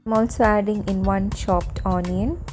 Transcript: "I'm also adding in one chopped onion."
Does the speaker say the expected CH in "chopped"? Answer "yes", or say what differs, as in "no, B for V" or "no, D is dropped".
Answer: no, SH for CH